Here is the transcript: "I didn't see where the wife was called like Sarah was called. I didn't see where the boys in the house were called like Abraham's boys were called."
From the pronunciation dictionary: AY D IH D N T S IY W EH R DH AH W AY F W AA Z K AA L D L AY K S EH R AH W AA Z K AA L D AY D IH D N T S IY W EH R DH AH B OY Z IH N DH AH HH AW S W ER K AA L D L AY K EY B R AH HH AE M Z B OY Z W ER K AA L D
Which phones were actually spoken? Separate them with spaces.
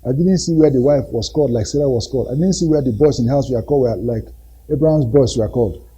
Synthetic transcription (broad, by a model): AY D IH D N T S IY W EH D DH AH W AY F W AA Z K AA L D L AY K S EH L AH W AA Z K AA L D AY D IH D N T S IY W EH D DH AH B OY S IH N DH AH HH AW S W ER K AA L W L AY K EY B R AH HH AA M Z B OY S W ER K AA L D